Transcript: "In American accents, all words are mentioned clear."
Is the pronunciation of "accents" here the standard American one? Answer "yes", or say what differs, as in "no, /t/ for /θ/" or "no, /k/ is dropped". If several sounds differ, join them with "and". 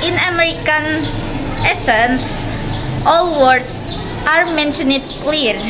no, /k/ is dropped